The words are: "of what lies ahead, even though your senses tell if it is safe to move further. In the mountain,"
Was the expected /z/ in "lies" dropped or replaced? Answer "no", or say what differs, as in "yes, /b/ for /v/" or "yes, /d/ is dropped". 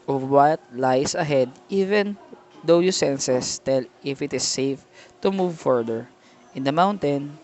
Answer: yes, /s/ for /z/